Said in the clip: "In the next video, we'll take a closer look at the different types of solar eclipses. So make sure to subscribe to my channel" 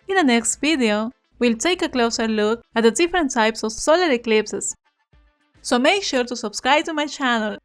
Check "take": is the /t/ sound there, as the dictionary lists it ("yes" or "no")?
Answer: yes